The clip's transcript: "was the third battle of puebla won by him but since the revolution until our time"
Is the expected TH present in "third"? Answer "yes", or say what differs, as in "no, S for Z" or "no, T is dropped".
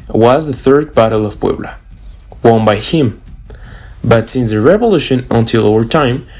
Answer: yes